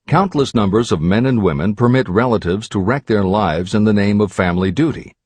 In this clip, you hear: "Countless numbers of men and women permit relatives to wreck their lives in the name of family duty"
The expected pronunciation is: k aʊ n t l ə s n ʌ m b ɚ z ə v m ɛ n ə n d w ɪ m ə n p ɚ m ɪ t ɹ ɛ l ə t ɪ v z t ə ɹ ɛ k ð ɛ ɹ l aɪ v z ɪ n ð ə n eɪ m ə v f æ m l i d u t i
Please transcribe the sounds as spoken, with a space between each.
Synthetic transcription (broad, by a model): k aʊ n t l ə s n ʌ m b ɚ z ə v m ɛ n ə n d w ɪ m ə n p ɚ m ɪ t ɹ ɛ l ə t ɪ v z t ə ɹ ɛ k ð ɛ ɹ l aɪ v z ɪ n ð ə n eɪ m ə v f æ m l i d u t i